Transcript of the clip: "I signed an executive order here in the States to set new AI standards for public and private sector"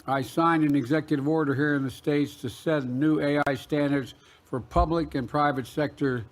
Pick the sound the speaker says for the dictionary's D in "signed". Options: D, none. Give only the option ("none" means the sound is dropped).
D